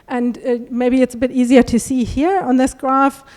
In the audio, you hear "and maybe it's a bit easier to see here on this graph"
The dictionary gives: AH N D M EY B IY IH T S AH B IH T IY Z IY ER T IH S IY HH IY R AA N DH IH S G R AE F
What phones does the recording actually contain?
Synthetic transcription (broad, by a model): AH N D M EY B IY IH T S AH B IH T IY Z IY ER T IH S IY HH IY R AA N DH IH S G R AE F